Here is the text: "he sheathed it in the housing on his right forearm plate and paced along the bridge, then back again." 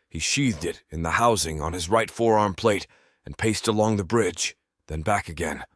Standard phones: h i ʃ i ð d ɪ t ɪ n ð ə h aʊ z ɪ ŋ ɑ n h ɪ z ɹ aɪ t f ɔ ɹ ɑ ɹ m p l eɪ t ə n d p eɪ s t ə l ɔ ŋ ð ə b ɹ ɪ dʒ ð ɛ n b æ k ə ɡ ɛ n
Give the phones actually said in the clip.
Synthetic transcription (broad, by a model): h i ʃ i ð d ɪ t ɪ n ð ə h aʊ z ɪ ŋ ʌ n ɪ z ɹ aɪ t f ɔ ɹ ɑ ɹ m p l eɪ t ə n p eɪ s t ə l ɔ ŋ ð ə b ɹ ɪ dʒ ð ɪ n b æ k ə ɡ ɛ n